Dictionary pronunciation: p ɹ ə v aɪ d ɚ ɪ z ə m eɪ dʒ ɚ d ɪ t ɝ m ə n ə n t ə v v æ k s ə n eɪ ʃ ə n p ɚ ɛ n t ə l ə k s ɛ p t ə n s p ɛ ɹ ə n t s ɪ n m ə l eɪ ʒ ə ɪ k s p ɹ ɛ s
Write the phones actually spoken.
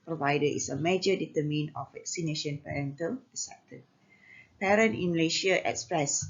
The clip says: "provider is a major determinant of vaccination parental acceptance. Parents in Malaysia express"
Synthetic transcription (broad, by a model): p ɹ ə v aɪ d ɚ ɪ s ə m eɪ dʒ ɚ d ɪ t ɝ m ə n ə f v v æ k s ə n eɪ ʃ ə n p ɚ ɛ n t ə l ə s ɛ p t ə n p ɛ ɹ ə n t ɪ n m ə l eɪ ʃ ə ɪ k s p ɹ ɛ s